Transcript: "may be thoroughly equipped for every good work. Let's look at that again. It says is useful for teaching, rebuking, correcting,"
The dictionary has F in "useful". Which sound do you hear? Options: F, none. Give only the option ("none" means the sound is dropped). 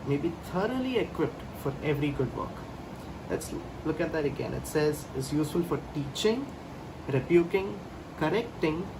F